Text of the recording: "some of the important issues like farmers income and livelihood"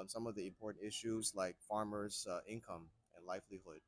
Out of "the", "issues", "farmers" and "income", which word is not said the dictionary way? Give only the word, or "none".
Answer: none